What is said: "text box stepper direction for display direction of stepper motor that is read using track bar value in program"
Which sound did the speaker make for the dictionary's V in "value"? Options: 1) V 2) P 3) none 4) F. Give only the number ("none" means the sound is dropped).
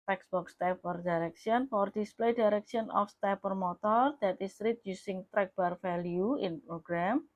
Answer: 4